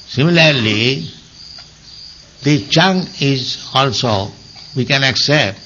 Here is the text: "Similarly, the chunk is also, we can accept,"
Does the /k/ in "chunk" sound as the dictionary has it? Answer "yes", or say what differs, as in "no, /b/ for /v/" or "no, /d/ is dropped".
no, /k/ is dropped